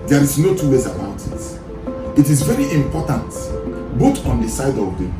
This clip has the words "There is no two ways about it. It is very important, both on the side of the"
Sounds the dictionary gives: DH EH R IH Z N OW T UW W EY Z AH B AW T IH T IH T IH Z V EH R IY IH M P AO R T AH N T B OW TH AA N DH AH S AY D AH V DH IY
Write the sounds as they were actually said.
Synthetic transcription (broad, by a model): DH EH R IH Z N OW T UW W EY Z AH B AW T IH T IH T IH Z V EH R IY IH M P AO T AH N T B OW T AA N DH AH S AY D AH V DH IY